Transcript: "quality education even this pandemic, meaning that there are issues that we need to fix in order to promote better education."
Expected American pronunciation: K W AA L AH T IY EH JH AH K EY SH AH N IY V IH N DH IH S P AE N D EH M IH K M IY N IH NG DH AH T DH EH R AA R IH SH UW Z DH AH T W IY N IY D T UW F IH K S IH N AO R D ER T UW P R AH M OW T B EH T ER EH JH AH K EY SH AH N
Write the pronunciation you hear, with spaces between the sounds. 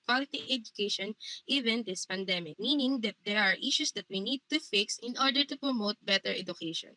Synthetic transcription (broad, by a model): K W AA L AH T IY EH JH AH K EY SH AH N IY V IH N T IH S P AE N D EH M IH K M IY N IH NG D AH T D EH R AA R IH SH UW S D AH T W IY N IY D T UW F IH K S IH N AO R D ER T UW P R AH M OW T B EH T ER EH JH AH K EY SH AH N